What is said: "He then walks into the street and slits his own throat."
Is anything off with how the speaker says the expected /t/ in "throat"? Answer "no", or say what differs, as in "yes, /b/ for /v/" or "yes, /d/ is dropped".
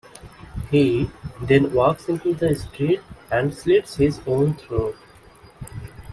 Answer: yes, /t/ is dropped